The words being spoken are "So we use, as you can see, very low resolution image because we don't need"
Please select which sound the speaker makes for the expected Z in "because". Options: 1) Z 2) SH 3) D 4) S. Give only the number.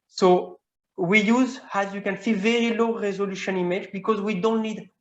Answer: 1